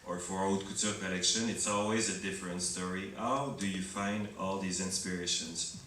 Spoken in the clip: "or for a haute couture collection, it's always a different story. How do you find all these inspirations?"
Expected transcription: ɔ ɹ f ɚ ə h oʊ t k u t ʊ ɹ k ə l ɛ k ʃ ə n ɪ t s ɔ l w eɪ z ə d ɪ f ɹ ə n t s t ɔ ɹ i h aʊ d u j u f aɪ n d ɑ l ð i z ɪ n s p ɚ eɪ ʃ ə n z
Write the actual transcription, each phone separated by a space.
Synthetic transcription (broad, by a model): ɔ ɹ f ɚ ə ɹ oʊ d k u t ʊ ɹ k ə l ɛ k ʃ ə n ɪ t s ɔ l w eɪ z ə d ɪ f ɹ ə n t s t ɔ ɹ i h aʊ d u j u f aɪ n d ɑ l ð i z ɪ n s p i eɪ ʃ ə n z